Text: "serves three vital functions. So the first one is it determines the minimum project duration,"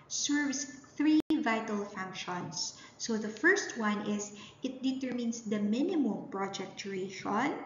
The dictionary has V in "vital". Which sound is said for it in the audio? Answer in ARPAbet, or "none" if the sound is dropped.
V